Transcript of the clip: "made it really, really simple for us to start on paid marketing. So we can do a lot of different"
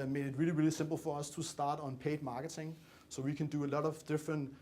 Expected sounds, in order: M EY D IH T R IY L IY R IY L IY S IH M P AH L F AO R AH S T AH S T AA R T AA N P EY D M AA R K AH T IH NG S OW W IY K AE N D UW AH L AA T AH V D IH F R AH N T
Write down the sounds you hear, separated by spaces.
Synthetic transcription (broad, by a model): M EY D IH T R IY L IY R IY L IY S IH M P L F AO R AH S T AH S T AA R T N P EY D M AA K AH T IH NG S OW W IY K AE N D UW AH L AA T AH V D IH F R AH N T